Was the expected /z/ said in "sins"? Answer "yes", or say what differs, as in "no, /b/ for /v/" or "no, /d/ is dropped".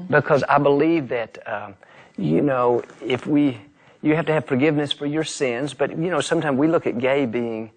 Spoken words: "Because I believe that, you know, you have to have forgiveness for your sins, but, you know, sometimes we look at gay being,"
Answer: yes